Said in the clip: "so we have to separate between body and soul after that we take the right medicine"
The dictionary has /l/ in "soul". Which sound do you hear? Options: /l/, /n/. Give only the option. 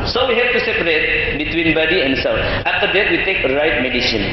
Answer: /n/